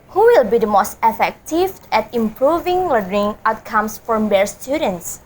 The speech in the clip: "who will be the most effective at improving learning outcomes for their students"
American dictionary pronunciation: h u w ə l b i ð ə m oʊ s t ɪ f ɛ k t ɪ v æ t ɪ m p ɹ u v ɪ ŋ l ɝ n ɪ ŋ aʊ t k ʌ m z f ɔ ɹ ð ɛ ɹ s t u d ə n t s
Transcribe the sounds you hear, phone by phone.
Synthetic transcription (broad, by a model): h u w ə l b i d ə m oʊ s t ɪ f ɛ k t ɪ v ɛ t ɪ m p ɹ u v ɪ ŋ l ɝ ɪ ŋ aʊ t k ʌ m s f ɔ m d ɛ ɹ s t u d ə n t s